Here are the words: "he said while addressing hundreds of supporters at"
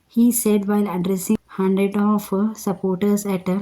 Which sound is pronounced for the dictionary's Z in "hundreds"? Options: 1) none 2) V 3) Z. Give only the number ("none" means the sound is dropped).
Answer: 1